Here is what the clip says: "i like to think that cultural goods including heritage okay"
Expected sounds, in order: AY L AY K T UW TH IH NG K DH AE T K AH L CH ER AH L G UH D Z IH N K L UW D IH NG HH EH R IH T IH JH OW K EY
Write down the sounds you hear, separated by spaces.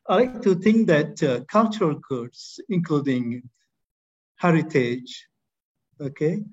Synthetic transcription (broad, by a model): AY L AY K T UW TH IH NG K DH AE T K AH L CH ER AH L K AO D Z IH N K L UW D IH NG HH EH R IH T IH JH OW K EY